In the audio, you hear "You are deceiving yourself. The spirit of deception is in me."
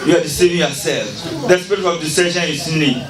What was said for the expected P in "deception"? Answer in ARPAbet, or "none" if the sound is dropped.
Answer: none